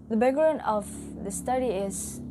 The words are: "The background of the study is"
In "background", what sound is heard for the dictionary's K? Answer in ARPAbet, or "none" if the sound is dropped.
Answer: none